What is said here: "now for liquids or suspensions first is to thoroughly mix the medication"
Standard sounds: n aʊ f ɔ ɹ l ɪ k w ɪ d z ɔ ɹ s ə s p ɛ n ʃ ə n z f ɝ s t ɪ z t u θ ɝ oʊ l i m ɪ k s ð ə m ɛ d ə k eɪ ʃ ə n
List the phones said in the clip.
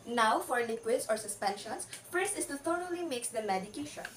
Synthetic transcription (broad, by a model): n aʊ f ɔ ɹ l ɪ k w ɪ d s ɔ ɹ s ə s p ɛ n ʃ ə n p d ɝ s ɪ s t u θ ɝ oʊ l i m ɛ k s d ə m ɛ d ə k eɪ ʃ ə n